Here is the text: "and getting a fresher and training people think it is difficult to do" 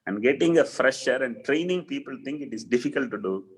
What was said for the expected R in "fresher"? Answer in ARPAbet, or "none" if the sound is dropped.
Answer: R